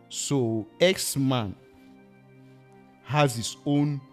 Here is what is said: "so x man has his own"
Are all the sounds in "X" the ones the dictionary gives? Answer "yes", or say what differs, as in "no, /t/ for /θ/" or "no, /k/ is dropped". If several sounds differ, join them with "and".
yes